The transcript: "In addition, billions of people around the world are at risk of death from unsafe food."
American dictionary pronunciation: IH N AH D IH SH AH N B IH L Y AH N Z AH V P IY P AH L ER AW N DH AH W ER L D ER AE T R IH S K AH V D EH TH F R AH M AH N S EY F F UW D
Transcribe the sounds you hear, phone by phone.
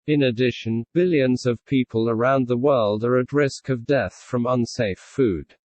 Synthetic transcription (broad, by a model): IH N AH D IH SH AH N B IH L Y AH N Z AH V P IY P AH L ER AW N DH AH W ER L D ER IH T R IH S K AH V D EH TH F R AH M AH N S EY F F UW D